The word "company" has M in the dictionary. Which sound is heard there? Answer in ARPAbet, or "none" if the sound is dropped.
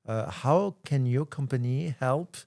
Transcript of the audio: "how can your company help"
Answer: M